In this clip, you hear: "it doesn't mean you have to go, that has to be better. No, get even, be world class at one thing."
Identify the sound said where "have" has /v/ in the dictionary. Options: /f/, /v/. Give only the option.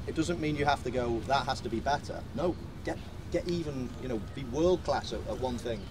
/f/